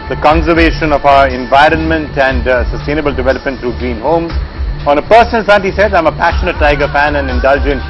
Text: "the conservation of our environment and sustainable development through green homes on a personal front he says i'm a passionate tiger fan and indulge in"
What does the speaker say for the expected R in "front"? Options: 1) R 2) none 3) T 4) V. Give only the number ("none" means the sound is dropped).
2